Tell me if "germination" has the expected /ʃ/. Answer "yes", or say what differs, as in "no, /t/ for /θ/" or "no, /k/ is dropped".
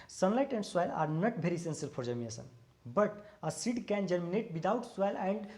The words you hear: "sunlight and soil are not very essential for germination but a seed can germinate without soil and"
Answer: no, /s/ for /ʃ/